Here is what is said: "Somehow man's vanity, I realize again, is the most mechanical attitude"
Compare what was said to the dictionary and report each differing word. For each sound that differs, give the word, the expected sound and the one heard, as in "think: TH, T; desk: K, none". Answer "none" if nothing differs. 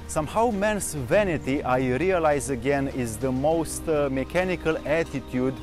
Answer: man's: Z, S